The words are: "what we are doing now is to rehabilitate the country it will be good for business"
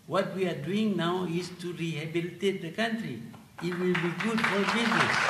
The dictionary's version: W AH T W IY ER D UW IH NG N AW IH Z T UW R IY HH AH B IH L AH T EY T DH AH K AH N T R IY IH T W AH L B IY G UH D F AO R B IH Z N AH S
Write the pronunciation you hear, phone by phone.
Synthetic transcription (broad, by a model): W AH T W IY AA D UW IH NG N AW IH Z T UW R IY HH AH B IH L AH T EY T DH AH K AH N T R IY IH T W AH L B IY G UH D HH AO L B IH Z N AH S